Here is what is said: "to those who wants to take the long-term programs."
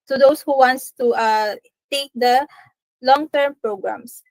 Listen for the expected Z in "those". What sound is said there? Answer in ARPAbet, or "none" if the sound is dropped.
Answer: S